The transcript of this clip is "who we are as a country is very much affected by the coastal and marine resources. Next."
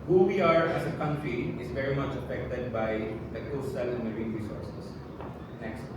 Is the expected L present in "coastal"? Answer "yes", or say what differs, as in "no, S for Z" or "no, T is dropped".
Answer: yes